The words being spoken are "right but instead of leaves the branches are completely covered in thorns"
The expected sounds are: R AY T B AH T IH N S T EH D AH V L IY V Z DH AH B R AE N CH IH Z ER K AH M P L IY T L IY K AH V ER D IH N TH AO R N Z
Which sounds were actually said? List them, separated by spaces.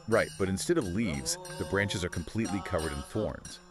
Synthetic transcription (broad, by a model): R AY T B AH T IH N S T EH D AH V L IY V Z DH AH B R AE N CH IH Z ER K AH M P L IY T L IY K AH V ER D IH N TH AO R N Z